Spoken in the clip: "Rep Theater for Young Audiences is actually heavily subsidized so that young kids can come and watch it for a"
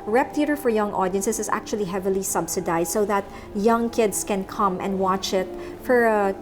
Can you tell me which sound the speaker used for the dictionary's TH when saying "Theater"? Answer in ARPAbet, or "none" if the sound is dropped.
T